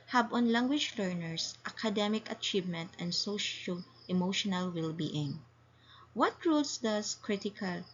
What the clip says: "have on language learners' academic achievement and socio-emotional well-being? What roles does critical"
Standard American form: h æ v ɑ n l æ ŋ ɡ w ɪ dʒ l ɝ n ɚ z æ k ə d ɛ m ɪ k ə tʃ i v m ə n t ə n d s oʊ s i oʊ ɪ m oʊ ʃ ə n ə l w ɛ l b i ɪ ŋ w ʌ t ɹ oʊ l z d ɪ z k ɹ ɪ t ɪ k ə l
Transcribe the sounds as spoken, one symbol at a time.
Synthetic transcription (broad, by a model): h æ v ɑ n l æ ŋ ɡ w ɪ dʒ l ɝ n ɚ s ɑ k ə d ɛ m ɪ k ə tʃ i v m ə n t ə n d s oʊ ʃ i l ɪ m oʊ ʃ ə n ə l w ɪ l b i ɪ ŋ w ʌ t ɹ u l s d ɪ s k ɹ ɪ t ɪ k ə l